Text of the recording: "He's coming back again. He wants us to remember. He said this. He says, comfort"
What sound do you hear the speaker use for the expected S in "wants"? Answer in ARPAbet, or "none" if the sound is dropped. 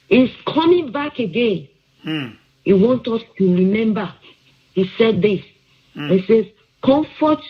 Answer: none